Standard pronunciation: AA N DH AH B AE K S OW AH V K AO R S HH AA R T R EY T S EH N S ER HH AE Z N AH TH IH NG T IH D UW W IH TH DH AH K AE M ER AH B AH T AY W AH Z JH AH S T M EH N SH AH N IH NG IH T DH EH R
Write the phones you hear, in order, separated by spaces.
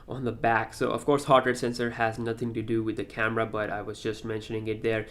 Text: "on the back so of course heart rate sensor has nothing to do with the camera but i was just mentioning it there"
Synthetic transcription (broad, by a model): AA N DH AH B AE K S OW AH V K AO R S HH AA R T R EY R S EH N S ER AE Z N AH TH IH NG T IH D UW W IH DH AH K AE M ER AH B AH T AY W AH Z JH AH S T M EH N SH AH N IH NG IH T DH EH R